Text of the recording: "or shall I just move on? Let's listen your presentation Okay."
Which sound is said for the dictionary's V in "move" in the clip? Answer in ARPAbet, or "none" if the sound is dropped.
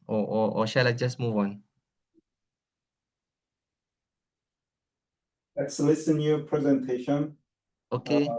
V